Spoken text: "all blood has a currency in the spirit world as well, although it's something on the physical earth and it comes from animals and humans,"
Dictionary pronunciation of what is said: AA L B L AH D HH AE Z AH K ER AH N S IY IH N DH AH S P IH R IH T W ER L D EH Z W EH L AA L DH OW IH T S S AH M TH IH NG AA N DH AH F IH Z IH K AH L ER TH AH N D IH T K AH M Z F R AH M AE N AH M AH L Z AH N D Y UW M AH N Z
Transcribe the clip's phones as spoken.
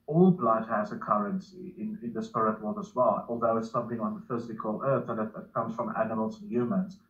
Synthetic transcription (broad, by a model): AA L B L AH D HH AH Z AH K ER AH N S IY IH N DH AH S P IH R IH T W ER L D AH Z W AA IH AA L DH OW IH T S S AH M TH IH NG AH N DH AH F IH Z IH K AH L ER TH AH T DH IH T K AH M Z F R AH M AE N AH M AH L Z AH N Y UW M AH N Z